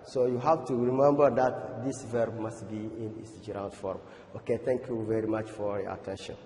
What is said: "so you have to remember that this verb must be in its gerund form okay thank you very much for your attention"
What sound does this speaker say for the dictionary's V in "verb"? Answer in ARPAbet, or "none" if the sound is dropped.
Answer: V